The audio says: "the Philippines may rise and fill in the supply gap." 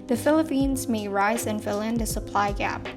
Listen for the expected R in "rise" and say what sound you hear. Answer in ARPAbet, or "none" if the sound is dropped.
R